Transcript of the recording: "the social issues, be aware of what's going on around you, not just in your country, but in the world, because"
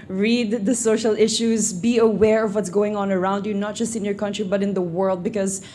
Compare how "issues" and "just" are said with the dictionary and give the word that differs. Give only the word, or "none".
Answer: none